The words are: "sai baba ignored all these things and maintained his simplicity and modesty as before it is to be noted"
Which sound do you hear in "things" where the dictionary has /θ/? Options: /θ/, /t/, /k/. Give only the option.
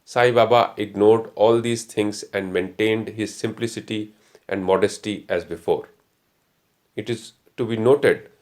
/t/